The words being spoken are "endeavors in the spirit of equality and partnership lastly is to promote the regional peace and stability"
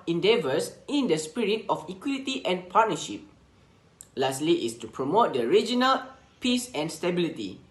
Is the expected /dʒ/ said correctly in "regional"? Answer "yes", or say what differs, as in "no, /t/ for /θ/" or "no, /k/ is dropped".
yes